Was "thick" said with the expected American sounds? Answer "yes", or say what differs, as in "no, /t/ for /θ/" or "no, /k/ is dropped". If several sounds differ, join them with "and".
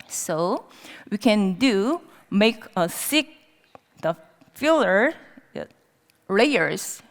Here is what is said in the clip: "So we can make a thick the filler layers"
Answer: no, /s/ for /θ/